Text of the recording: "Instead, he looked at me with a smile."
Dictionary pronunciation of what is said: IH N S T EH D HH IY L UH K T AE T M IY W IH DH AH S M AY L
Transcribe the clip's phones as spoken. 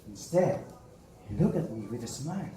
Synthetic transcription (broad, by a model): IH N S T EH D L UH K AE T M IY W IH DH AH S M AY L